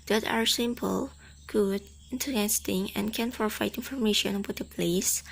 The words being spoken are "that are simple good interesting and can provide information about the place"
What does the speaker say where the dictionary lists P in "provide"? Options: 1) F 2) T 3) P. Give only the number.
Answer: 1